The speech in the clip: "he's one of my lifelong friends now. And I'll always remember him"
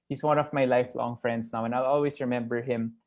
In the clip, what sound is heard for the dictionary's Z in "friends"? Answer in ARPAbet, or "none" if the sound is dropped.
S